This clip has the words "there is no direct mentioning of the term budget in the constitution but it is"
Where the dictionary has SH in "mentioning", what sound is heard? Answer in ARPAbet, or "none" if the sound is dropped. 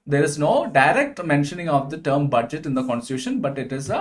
SH